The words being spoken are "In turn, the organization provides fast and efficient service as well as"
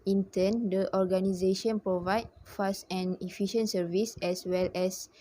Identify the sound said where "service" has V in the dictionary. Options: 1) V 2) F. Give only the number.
1